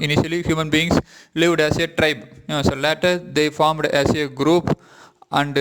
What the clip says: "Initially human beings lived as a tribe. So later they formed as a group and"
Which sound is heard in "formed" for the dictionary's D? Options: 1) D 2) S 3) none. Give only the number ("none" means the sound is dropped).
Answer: 1